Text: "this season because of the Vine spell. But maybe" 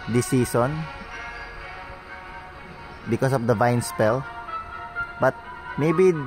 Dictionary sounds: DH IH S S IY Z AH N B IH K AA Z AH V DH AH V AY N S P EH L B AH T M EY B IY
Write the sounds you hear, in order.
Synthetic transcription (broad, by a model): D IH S S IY S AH N B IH K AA S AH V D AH V AY N S P EH L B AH T M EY B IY